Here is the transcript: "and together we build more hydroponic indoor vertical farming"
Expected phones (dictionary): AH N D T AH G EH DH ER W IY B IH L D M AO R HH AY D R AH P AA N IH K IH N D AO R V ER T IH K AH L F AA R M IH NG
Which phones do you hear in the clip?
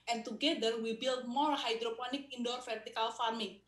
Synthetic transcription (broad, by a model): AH N T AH G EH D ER W IY B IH L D M AO L HH AY D R AH P AA N IH K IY N D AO R F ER T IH K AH L F AA R M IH